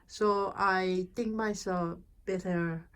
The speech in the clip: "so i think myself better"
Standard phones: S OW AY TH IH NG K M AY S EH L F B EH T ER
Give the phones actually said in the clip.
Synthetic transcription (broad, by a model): S OW AY T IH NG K M AY S EH L F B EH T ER